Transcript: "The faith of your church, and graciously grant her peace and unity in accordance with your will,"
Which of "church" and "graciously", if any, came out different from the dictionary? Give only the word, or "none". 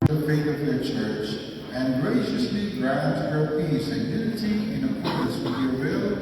none